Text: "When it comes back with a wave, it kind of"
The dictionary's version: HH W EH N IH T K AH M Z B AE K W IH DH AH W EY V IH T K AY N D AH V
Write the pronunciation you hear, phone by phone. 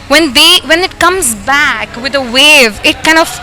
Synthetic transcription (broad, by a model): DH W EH N IH T K AH M Z B AE K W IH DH AH W EY V IH T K AY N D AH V